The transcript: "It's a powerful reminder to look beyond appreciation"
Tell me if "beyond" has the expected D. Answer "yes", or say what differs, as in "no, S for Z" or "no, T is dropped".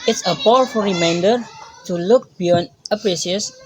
no, D is dropped